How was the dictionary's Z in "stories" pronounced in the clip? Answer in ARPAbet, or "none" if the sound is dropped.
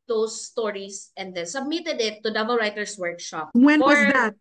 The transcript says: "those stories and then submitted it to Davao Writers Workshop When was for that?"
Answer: S